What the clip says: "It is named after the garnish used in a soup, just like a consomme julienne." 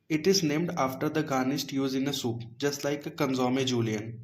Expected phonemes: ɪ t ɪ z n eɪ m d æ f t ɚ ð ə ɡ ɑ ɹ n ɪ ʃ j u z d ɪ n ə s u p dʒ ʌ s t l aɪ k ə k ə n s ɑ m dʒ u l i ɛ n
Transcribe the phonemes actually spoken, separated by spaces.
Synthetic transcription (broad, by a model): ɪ t ɪ z n eɪ m d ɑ f t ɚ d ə ɡ ɑ n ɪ s j u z ɪ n ə s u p dʒ ʌ s t l aɪ k ə k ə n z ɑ m dʒ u l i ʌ n